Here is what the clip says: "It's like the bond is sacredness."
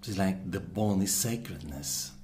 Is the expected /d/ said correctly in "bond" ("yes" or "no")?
no